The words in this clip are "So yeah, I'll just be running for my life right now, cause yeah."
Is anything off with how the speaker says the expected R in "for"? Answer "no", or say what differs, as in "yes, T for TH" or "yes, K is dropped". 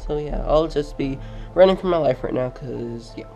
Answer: no